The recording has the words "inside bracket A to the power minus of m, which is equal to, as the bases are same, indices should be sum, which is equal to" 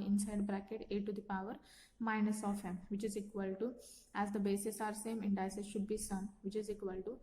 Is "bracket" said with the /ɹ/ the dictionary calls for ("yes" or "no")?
yes